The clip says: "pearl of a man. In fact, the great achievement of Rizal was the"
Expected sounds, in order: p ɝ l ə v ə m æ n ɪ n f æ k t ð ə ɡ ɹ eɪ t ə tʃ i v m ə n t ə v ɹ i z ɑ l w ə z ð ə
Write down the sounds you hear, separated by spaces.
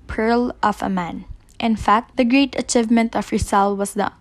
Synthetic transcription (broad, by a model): p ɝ l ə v ə m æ n ɪ n f æ k t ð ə ɡ ɹ eɪ t ə tʃ i v m ə n t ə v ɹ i s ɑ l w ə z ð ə